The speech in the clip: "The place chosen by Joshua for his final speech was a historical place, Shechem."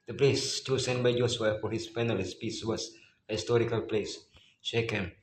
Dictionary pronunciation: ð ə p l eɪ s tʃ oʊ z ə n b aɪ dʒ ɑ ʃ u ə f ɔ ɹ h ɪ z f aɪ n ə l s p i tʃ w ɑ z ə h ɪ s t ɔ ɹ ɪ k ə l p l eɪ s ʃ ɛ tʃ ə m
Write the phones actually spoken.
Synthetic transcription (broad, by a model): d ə p l eɪ s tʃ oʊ s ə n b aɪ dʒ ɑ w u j f ɔ ɹ h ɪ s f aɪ n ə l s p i s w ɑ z ə h ɪ s t ɔ ɹ ɪ k ə l p l eɪ s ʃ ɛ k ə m